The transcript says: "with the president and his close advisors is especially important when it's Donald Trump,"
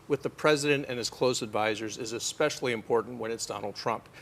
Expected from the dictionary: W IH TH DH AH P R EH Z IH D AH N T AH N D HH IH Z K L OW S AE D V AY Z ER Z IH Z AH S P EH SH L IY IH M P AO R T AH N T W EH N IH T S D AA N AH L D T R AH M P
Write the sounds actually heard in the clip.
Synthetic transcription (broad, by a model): W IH DH AH P R EH Z IH D AH N T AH N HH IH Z K L OW S AE D V AY Z ER Z IH Z AH S P EH SH L IY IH M P AO R T N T W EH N IH T S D AA N L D T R AH M P